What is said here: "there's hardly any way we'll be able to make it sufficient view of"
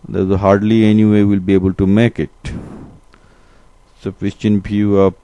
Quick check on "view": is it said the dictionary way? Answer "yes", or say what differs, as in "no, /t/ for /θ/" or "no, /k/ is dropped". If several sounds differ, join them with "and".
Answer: no, /f/ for /v/